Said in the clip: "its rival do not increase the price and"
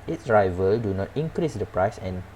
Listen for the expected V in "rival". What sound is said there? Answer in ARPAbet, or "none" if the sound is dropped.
V